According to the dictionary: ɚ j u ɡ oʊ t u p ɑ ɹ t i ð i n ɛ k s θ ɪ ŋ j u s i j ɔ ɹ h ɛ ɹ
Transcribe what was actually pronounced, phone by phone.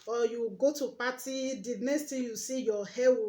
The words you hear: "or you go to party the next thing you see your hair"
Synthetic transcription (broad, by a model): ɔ j u ɡ oʊ t u p ɑ t i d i n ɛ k s t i j u s i j ɔ h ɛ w